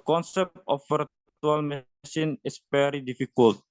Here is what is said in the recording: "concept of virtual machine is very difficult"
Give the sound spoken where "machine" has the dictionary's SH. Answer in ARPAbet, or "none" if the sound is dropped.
S